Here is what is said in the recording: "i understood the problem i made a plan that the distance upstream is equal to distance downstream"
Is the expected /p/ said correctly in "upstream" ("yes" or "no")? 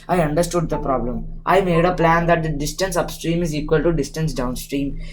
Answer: yes